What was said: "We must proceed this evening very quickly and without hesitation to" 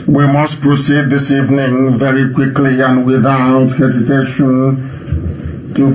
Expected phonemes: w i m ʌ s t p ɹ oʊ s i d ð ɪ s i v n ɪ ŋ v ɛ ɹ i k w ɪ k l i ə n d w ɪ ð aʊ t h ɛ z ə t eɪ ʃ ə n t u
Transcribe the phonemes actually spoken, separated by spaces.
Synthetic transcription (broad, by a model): w i m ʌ s t p ɹ oʊ s i d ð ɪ s i v n ɪ ŋ v ɛ ɹ i k w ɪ k l i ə n w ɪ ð aʊ t h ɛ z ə t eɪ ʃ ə n t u